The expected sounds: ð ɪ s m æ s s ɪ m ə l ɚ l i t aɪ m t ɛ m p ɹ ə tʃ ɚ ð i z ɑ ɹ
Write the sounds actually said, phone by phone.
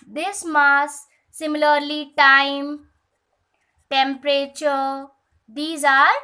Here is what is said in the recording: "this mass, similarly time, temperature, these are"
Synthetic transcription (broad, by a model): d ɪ s m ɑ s s ɪ m ə l ɚ l i t aɪ m t ɛ m p ɹ ə tʃ ɚ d i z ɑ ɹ